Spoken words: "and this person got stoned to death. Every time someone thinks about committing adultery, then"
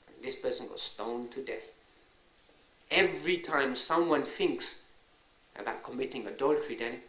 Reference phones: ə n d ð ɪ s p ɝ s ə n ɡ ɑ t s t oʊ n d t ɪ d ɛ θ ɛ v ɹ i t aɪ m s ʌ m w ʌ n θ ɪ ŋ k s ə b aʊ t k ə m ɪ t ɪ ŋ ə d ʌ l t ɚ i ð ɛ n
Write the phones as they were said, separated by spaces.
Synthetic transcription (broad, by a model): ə n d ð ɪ s p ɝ s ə n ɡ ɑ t s t oʊ n t ɪ d ɛ θ ɛ v ɹ i t aɪ m s ʌ m w ʌ n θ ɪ ŋ k s ə b aʊ t k ə m ɪ t ɪ ŋ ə d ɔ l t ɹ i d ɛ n